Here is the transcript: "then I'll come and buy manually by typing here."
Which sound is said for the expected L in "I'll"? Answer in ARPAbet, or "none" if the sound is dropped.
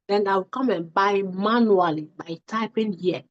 W